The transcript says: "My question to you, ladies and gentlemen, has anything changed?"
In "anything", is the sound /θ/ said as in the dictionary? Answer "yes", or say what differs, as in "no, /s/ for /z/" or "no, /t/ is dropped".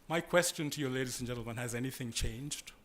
yes